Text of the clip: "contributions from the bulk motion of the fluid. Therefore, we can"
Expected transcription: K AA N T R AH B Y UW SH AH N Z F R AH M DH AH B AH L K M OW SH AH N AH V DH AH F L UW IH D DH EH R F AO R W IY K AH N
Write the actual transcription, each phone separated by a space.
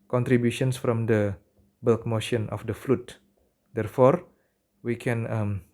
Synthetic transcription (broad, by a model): K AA N T R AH B Y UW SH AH N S F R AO M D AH B AH L K M OW SH AH N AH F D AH F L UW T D EH R F AO R W IY K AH N